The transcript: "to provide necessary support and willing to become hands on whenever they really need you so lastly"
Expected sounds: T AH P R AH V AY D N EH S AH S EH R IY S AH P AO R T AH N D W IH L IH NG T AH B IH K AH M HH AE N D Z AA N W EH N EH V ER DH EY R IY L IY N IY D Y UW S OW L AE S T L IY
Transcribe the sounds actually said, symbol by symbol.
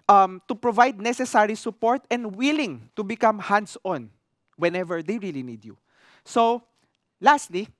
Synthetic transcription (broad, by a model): T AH P R AH V AY D N EH S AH S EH R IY S AH P AO R T AH N D W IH L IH NG T AH B IH K AH M HH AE N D S AA N W EH N EH V ER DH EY R IY L IY N IY D Y UW S OW L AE S T L IY